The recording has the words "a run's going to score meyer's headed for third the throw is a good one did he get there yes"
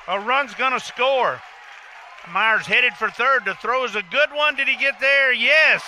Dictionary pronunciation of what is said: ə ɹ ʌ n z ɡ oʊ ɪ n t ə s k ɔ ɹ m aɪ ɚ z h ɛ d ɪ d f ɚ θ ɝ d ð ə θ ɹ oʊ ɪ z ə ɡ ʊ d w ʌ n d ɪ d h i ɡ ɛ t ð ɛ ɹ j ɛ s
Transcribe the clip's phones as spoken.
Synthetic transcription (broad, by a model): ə ɹ ʌ n z ɡ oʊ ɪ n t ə s k ɔ ɹ m aɪ ɚ z h ɛ d ɪ d f ɚ θ ɝ d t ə θ ɹ oʊ ɪ z ə ɡ ʊ d w ʌ n d ɪ d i ɡ ɛ t ð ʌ ɹ j ɛ s